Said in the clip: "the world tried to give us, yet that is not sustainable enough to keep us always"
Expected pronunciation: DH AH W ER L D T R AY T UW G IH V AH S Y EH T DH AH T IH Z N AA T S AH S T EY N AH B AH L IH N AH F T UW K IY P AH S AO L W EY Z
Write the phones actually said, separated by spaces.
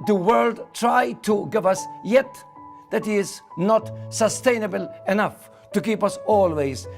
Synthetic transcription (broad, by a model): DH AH W ER L D T R AY T UW G IH V AH S Y EH T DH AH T IH Z N AA T S AH S T EY N AH B AH L IH N AH F T UW K IY P AH S AO L W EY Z